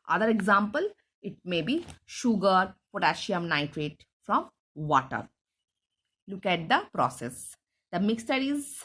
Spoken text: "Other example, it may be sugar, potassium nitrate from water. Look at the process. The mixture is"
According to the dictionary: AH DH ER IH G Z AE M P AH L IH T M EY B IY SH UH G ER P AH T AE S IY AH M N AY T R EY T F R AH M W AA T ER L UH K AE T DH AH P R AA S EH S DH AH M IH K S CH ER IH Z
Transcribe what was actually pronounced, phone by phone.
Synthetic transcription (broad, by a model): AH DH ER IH G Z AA M P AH L IH T M EY B IY SH UH G ER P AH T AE SH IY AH M N AY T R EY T F R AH M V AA T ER L UH K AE T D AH P R AA S EH S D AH M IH K S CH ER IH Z